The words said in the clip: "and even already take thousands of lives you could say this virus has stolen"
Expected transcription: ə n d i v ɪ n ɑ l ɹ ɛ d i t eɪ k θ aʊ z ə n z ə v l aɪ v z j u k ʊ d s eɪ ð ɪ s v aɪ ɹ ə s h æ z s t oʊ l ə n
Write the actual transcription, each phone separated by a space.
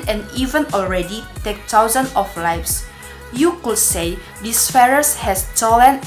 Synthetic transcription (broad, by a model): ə n i v ɪ n ɑ l ɹ ɛ d i t eɪ k t aʊ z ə n ə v l aɪ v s j u k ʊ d s eɪ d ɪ s f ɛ ɹ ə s h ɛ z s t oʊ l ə n